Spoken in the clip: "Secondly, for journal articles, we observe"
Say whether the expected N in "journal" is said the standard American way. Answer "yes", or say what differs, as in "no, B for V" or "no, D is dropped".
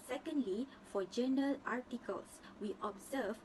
no, N is dropped